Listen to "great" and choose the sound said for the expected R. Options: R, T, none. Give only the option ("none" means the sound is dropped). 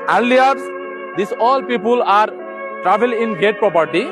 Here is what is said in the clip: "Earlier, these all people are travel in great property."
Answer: none